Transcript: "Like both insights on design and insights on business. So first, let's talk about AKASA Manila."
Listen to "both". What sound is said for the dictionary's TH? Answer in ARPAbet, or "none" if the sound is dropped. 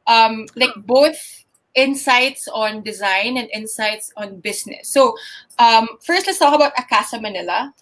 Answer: TH